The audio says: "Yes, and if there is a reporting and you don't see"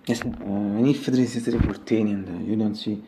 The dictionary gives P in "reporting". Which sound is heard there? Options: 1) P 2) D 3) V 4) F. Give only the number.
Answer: 4